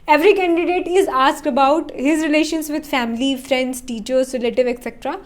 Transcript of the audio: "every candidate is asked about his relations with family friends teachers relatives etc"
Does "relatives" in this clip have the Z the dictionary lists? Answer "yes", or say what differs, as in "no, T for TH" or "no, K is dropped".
no, Z is dropped